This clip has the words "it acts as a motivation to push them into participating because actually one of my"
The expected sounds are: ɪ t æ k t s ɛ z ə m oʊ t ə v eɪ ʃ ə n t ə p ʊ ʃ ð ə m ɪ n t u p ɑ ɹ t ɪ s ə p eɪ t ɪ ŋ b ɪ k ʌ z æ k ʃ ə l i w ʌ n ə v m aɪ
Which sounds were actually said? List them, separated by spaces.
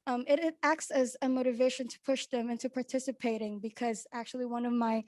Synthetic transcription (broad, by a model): ɪ t æ k t s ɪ z ə m oʊ t ə v eɪ ʃ ə n t ə p ʊ ʃ ð ə m ɪ n t u p ɑ ɹ t ɪ s ə p eɪ t ɪ ŋ b ɪ k ʌ z æ k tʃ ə l i w ʌ n ə v m aɪ